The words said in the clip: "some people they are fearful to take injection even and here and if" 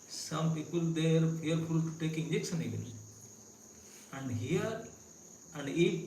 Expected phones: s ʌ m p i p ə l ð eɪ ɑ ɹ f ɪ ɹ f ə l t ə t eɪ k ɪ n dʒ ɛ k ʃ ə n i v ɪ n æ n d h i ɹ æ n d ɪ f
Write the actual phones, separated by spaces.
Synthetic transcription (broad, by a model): s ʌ m p i p ə l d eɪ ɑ ɹ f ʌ ɹ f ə l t t eɪ k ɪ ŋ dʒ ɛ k s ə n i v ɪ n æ n d h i ɹ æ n d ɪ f